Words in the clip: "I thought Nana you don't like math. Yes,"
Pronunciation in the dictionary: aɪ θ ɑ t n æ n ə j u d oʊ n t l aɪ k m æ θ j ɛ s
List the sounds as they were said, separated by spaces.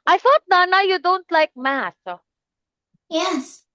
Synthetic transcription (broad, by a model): aɪ θ ɑ t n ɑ n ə j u d oʊ n t l aɪ k m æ s j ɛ s